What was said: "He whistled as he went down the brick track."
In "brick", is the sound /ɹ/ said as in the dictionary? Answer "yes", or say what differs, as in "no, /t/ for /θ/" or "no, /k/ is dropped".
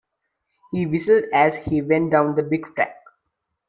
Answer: no, /ɹ/ is dropped